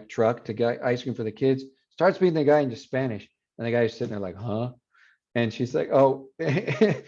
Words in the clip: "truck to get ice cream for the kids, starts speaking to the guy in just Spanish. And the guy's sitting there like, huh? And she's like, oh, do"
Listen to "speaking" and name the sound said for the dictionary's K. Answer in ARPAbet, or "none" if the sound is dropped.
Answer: none